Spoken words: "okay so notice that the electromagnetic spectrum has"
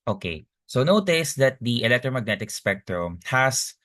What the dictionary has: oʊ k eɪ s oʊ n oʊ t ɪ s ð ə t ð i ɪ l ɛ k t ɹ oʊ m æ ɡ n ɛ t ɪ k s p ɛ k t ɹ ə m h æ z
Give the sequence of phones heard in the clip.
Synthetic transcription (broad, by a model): oʊ k eɪ s oʊ n oʊ t ɪ s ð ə t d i ɪ l ɛ k t ɹ oʊ m æ ɡ n ɛ t ɪ k s p ɛ k t ɹ ə m h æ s